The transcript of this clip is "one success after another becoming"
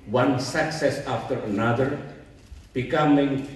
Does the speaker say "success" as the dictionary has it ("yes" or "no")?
yes